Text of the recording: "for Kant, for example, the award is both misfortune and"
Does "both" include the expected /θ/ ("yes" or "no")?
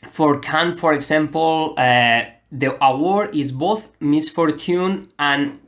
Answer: yes